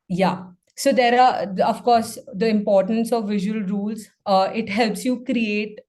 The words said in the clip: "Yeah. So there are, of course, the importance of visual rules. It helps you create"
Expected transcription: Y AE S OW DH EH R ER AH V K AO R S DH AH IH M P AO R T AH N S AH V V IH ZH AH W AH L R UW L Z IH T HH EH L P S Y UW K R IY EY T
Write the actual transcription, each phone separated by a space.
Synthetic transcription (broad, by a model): Y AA S OW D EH R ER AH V K AO R S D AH IH M P AO R T AH N S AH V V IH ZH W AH L R UW L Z IH T HH EH L P S Y UW K R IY EY T